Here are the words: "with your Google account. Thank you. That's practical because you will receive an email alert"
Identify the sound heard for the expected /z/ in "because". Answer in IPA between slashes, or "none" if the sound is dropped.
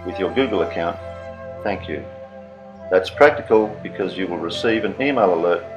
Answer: /z/